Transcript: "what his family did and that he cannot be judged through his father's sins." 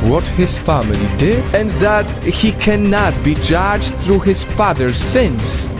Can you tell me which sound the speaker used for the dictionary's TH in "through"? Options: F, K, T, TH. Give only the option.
TH